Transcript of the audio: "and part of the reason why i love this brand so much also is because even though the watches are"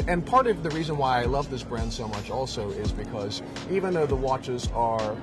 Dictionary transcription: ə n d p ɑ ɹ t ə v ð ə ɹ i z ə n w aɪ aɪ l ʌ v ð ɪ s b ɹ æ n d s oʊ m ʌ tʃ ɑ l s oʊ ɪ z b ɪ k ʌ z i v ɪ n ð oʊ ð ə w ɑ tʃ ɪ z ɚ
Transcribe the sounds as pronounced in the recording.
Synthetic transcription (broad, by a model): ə n p ɑ ɹ t ə v ð ə ɹ i z ə n w aɪ aɪ l ʌ v ð ɪ s b ɹ æ n d s oʊ m ʌ tʃ ɑ l s oʊ ɪ z b ɪ k ʌ z i v ɪ n ð oʊ ð ə w ɑ tʃ ɪ z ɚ